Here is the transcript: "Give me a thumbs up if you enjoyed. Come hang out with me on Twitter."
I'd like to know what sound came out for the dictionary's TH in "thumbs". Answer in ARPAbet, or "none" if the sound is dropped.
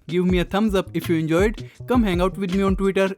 T